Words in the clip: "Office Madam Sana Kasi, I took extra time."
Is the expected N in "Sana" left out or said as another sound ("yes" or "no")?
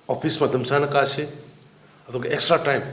no